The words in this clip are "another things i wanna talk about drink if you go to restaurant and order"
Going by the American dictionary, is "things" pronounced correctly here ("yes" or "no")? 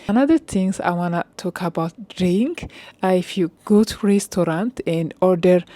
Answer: no